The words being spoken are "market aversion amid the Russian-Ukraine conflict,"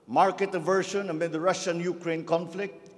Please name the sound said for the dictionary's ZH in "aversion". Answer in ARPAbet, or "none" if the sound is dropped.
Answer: SH